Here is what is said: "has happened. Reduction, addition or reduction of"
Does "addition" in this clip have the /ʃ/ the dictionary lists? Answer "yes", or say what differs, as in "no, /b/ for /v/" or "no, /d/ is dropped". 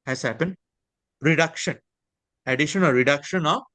yes